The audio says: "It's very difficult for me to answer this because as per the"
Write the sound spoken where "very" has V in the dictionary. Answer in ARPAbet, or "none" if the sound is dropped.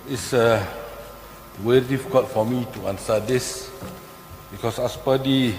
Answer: W